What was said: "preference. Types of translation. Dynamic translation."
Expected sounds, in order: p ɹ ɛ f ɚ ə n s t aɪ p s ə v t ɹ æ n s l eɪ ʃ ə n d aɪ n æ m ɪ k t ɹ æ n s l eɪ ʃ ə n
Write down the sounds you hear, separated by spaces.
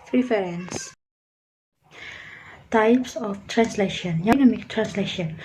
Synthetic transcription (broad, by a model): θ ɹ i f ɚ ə n s t aɪ p s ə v t ɹ æ n s l eɪ ʃ ə n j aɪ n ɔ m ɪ k t ɹ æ n s l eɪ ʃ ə n